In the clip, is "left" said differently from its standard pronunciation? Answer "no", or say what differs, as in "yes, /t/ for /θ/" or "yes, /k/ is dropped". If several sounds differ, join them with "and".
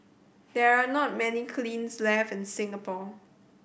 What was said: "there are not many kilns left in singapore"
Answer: yes, /t/ is dropped